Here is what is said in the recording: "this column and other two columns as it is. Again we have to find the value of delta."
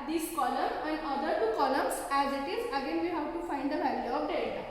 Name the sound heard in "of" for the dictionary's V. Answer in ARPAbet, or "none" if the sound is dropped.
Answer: P